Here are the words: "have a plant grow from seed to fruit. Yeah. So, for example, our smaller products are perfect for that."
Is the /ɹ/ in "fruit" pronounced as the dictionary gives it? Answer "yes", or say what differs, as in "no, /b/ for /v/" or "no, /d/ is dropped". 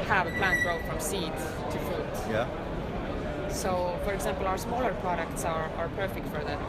no, /ɹ/ is dropped